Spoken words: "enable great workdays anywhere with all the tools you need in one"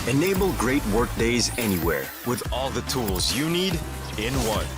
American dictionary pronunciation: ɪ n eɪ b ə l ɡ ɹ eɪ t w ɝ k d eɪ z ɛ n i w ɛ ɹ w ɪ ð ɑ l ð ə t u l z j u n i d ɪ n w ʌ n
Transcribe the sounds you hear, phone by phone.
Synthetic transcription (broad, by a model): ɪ n eɪ b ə l ɡ ɹ eɪ t w ɝ k d eɪ z ɛ n i w ɛ ɹ w ɪ ð ɑ l ð ə t u l z j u n i d ɪ n w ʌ n